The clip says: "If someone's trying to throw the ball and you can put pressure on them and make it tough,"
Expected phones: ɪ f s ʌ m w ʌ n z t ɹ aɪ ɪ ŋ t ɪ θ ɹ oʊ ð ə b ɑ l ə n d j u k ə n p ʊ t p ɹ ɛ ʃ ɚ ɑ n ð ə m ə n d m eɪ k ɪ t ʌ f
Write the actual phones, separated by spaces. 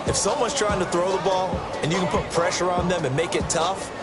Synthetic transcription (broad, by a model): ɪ f s ʌ m w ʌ n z t ɹ aɪ ɪ ŋ t ɪ θ ɹ oʊ ð ə b ɑ l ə n j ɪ k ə n p ʊ t p ɹ ɛ ʃ ɚ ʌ n ð ə m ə n m eɪ k ɪ t ʌ f